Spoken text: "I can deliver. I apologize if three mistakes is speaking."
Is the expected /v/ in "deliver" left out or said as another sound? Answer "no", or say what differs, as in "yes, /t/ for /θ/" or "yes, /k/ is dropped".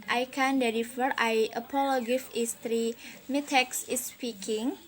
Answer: yes, /f/ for /v/